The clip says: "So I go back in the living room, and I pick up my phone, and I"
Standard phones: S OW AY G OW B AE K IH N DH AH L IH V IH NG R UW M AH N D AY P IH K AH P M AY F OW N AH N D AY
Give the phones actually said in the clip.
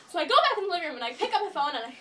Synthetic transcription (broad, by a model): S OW AY G OW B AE IH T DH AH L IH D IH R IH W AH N AY P IH K AH P M AY F OW N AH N AY